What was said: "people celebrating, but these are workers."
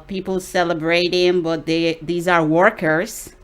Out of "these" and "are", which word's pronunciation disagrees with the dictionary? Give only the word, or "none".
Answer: none